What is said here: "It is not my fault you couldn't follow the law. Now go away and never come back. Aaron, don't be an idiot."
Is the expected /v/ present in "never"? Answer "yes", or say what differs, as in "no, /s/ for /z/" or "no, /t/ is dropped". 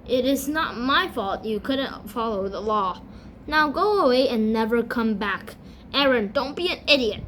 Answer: yes